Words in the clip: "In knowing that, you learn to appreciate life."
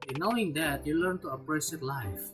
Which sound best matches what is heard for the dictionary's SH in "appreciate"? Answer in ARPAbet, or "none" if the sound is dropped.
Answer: S